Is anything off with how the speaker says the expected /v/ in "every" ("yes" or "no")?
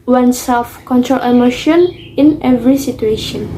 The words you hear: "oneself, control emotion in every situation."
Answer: no